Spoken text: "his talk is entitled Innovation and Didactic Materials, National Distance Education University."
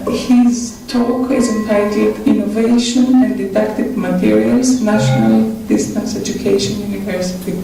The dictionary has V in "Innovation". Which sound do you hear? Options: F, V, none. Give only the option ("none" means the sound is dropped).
V